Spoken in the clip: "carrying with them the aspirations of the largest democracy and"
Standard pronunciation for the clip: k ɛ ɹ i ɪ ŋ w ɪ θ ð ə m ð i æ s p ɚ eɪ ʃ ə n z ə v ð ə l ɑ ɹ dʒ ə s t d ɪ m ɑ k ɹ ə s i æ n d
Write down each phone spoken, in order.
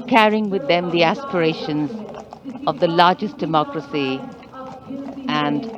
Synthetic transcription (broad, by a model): k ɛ ɹ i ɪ ŋ w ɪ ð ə m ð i æ s p ɚ eɪ ʃ ə n z ə v ð ə l ɑ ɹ dʒ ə s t d ɪ m ɑ k ɹ ə s i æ n d